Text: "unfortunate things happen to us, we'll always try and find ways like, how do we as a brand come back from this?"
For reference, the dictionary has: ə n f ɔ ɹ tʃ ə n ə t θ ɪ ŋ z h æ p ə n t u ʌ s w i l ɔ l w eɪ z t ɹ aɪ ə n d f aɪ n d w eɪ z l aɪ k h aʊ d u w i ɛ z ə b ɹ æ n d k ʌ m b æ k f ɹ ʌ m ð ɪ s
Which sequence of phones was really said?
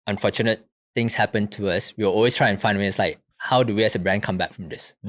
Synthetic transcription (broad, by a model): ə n f ɔ tʃ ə n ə t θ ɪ ŋ s h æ p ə n t u ʌ s w i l ɔ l w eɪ s t ɹ aɪ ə n f aɪ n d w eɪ s l aɪ k h aʊ d u w i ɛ s ə b ɹ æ n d k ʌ m b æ k f ɹ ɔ m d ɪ s